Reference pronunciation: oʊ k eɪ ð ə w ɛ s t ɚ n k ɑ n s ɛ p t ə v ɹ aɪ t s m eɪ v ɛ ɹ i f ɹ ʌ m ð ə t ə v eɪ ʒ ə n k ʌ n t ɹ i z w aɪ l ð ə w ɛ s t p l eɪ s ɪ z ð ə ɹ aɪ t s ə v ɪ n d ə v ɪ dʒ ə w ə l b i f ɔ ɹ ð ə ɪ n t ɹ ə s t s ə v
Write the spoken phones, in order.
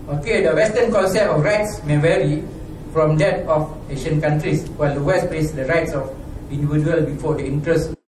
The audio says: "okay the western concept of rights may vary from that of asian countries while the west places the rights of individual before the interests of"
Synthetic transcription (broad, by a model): oʊ k eɪ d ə w ɛ s t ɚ n k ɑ n s ɛ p ə f ɹ aɪ t s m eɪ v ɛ ɹ i f ɹ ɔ m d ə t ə f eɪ ʃ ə n k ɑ n t ɹ i s w aɪ l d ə w ɛ s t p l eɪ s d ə ɹ aɪ t s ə f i n d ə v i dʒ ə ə l b i f ɔ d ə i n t ɹ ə s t